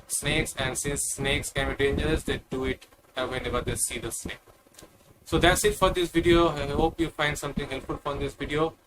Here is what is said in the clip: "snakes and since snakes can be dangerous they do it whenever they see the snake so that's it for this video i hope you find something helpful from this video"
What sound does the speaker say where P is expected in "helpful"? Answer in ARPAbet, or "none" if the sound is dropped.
none